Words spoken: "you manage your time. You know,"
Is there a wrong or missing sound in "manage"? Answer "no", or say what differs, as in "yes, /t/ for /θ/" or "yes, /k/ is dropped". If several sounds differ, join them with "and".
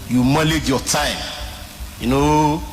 yes, /l/ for /n/